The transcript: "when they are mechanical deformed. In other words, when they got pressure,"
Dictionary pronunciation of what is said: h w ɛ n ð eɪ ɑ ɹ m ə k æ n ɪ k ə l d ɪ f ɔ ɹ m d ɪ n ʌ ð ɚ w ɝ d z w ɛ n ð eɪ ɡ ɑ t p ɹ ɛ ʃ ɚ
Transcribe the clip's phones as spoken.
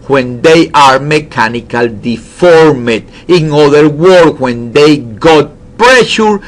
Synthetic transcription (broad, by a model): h w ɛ n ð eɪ ɑ ɹ m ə k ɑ n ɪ k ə l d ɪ f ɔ ɹ m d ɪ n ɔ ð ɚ w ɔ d w ɛ n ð eɪ ɡ ɑ t p ɹ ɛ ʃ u